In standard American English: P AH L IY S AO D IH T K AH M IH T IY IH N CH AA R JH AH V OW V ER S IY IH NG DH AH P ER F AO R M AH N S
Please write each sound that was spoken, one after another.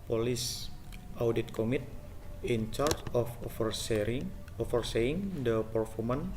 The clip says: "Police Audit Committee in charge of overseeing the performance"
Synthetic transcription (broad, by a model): P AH L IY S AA D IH T K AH M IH T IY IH N CH AA R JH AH F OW F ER S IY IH NG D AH P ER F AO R M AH N